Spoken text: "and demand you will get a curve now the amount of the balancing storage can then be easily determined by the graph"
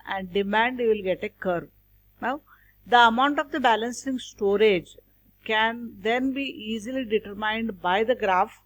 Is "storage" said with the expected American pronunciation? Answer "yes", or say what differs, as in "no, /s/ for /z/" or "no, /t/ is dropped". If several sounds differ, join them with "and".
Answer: yes